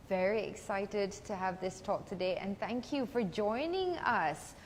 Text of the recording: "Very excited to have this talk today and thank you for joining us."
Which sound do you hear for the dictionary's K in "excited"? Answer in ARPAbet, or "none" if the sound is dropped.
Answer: K